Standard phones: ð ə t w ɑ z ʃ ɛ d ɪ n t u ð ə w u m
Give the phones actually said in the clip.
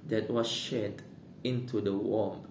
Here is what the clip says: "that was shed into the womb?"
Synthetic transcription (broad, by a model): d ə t w ɑ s ʃ ɛ d ɪ n t u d ə w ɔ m